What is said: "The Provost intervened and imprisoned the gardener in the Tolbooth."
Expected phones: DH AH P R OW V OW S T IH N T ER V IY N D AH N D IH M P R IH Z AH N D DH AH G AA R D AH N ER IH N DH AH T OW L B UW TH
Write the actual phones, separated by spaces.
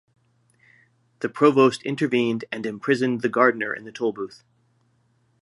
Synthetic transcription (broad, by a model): DH AH P R OW V OW S T IH N T ER V IY N D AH N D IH M P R IH Z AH N DH AH G AA R D N ER IH N DH AH T OW L B UW TH